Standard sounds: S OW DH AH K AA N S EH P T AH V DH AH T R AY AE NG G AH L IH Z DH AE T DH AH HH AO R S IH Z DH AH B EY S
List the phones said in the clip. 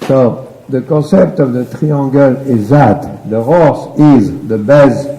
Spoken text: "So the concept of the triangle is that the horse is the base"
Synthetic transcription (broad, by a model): S OW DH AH K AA S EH P T AH V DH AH T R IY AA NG G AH L IH Z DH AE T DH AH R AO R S IH Z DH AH B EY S